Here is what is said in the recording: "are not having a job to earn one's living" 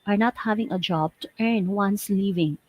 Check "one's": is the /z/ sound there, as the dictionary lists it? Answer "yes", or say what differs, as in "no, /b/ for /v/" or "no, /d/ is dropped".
no, /s/ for /z/